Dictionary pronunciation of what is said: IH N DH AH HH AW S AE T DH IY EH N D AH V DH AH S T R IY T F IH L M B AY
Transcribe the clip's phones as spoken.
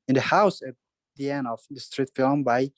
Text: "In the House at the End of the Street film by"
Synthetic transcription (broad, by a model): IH N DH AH HH AW S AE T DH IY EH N AH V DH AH S T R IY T F IH L M B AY